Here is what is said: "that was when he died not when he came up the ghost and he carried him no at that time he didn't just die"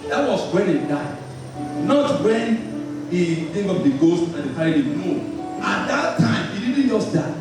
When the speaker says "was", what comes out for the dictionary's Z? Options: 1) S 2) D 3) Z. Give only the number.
1